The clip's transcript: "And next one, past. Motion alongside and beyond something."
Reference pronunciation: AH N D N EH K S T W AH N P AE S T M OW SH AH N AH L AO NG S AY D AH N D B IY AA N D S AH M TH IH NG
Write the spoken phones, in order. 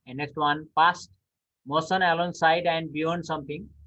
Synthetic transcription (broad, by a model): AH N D N EH K S T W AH N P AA S T M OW S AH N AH L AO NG S AY D AH N D B IY AA N D S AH M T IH NG